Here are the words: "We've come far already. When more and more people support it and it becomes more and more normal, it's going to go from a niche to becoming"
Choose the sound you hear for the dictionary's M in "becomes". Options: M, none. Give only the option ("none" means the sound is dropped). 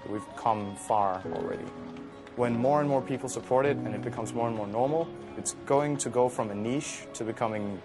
M